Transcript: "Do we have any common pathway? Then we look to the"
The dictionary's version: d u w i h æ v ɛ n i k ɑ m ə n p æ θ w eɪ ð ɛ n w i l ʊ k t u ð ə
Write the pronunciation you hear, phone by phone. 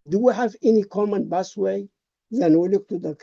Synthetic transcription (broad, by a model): d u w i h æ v ɛ n i k ɑ m ə n b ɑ s w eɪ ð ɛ n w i l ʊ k t u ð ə